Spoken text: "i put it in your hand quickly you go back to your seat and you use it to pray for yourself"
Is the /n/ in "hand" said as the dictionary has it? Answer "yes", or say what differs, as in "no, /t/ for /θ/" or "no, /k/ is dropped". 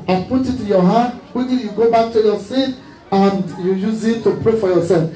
no, /n/ is dropped